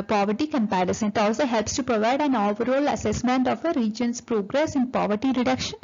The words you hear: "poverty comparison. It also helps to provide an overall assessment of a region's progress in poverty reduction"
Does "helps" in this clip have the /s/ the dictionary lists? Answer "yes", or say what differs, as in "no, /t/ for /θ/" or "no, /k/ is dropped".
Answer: yes